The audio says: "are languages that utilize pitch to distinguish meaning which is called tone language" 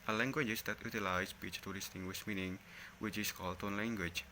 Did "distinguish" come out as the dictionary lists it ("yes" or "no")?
no